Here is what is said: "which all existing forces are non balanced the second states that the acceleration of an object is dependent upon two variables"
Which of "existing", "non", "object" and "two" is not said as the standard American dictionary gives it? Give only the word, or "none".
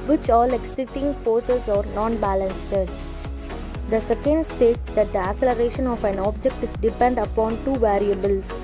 existing